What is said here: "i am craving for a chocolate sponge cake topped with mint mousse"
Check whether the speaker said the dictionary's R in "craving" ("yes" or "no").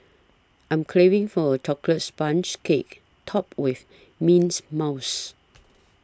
no